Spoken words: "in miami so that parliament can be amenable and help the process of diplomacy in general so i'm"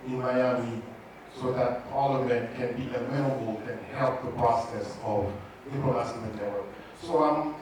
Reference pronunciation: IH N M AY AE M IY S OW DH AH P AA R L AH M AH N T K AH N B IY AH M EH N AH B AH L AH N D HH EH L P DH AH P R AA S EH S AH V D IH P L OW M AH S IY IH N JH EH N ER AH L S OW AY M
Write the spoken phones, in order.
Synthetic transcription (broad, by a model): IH N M AY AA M IY S OW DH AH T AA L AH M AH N K AH N B IY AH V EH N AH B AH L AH N HH EH L P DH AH P R AA S EH S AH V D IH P OW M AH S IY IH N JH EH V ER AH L S OW AY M